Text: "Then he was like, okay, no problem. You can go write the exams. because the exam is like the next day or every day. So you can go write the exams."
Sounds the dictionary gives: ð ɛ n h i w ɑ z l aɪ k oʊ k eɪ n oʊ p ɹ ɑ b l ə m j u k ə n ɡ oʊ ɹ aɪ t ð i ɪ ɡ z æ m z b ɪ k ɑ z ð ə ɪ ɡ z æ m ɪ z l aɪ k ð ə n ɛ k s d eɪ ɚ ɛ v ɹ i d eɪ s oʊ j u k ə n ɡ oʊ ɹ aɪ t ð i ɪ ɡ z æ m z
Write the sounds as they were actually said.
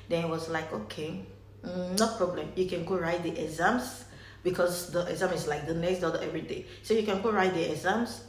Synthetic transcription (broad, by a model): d ɛ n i w ɑ s l aɪ k oʊ k eɪ n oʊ p ɹ ɑ b l ə m j u k ə n ɡ oʊ ɹ aɪ t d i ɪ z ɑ m s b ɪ k ɑ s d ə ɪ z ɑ m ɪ s l aɪ k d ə n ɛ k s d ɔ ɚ ɛ v ɹ i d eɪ s oʊ j u k ə n ɡ oʊ ɹ aɪ t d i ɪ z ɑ m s